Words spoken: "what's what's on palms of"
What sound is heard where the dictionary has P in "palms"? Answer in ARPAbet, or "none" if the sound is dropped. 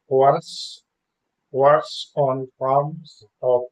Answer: F